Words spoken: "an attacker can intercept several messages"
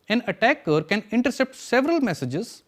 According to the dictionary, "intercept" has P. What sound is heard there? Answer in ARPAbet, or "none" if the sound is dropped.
P